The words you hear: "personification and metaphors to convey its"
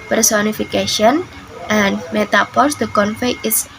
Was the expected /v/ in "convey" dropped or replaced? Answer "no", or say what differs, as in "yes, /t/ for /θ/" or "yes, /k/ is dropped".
yes, /f/ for /v/